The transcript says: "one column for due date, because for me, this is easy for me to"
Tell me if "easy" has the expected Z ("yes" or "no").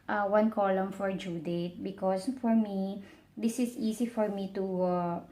no